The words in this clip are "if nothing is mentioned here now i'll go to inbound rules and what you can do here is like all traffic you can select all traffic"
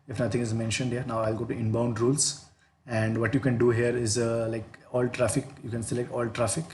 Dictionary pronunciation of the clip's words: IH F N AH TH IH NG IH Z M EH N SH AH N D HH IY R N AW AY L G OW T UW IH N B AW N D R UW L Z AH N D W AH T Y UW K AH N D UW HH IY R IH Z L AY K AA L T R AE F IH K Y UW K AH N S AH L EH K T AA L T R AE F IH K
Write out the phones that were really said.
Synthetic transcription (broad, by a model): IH F N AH T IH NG IH Z M EH N SH AH N D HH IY R N AW AY L G OW T UW IH N B AW N D R UW L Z AH N D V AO T Y UW K AH N D UW HH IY R IH Z L AY K AA L T R AE F IH K Y UW K AH N S AH L EH K T AA L T R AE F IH K